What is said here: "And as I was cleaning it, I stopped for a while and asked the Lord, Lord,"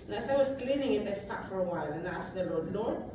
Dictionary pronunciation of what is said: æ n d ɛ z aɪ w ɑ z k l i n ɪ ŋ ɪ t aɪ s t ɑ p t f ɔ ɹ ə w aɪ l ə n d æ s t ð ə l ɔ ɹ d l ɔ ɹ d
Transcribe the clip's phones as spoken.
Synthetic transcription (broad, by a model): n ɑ s aɪ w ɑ s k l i n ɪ ŋ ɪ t aɪ s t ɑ t f ɔ ɹ ə w aɪ l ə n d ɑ s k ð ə l ɔ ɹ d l ɔ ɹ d